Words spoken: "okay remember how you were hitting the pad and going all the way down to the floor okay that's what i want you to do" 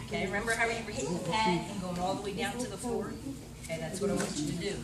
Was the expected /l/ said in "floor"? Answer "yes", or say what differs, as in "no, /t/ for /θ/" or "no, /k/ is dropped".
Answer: no, /l/ is dropped